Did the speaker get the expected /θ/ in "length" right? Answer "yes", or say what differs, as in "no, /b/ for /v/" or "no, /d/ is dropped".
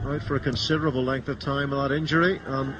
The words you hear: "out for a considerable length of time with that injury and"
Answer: yes